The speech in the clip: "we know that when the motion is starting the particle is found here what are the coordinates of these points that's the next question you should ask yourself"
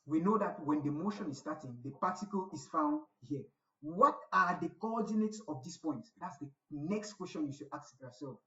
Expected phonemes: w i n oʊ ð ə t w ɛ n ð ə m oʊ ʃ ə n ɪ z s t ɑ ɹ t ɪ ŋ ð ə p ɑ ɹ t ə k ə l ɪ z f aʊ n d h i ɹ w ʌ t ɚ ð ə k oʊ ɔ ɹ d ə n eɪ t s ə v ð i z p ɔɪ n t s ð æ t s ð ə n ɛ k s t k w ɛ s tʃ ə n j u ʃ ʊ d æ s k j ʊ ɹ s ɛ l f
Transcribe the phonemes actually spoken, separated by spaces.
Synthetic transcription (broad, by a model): w i n oʊ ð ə t w ɛ n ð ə m oʊ ʃ ə n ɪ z s t ɑ t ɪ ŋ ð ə p ɑ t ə k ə l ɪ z f aʊ n d h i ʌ w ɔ t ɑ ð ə k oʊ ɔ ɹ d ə n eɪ t s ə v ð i s p ɔɪ n t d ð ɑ t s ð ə n ɛ k s t k w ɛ s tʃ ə n j u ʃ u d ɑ k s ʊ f s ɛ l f